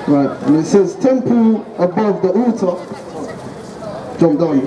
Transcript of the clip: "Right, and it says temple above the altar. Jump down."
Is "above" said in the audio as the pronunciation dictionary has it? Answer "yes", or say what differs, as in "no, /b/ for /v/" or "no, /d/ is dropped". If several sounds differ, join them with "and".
yes